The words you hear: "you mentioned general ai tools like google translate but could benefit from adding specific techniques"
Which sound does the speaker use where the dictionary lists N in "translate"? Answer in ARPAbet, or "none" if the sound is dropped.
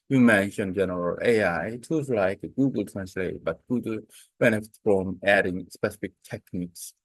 N